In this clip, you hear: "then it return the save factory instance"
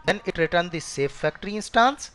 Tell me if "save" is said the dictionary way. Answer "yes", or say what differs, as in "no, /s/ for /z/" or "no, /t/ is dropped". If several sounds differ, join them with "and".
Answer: no, /f/ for /v/